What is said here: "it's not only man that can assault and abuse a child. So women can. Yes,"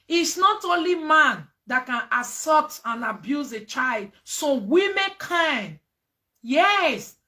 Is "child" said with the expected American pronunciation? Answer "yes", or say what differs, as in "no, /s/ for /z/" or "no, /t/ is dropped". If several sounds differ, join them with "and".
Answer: yes